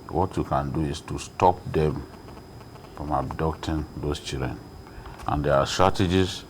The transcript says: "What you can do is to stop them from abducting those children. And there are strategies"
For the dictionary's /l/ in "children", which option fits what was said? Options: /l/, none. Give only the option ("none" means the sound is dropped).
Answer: none